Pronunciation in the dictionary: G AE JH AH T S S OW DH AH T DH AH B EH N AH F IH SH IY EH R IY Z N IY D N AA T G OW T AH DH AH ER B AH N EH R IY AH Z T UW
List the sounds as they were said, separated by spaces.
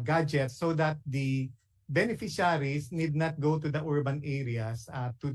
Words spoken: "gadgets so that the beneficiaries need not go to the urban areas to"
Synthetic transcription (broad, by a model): G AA JH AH T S S OW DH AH T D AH B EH N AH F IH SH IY R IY S N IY D N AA T G OW T AH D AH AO B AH N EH R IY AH S T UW